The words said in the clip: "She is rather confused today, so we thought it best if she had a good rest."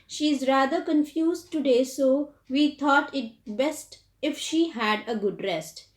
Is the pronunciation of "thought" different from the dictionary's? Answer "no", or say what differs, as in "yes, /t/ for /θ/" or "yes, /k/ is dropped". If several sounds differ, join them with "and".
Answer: yes, /t/ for /θ/